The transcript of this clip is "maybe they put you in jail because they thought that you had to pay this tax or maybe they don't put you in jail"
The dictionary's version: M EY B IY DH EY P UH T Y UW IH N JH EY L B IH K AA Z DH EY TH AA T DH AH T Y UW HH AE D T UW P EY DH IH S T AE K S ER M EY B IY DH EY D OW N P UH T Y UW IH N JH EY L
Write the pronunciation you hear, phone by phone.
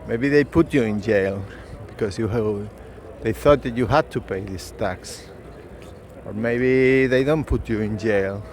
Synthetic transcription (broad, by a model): M EY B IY DH EY P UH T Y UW IH N JH EY L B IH K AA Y DH EY TH AA T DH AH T Y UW HH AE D T UW P EY DH IH S T AE K S ER M EY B IY DH EY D OW N P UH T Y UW IH N JH EY L